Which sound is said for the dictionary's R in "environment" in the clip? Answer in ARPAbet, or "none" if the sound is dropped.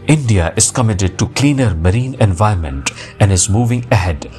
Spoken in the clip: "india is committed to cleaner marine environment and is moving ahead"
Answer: none